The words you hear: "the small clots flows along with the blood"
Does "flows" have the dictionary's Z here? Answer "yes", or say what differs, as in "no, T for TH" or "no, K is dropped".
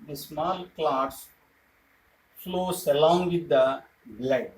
no, S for Z